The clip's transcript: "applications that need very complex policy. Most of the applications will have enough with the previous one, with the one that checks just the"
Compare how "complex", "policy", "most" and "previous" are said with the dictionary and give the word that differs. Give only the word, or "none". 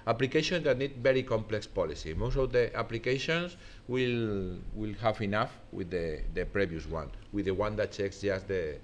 previous